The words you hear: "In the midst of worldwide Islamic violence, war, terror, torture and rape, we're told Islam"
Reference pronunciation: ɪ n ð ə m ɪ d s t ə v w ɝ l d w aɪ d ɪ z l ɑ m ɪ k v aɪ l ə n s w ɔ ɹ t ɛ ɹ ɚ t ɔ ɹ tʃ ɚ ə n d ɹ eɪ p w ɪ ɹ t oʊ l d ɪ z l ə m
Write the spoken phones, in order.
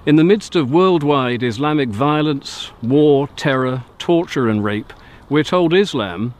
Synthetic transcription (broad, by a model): ɪ n ð ə m ɪ d s t ə v w ɝ l d w aɪ d ɪ z l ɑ m ɪ k v aɪ l ə n s w ɔ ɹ t ɛ ɹ ɚ t ɔ ɹ tʃ ɚ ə n ɹ eɪ p w ɪ ɹ t oʊ l d ɪ z l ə m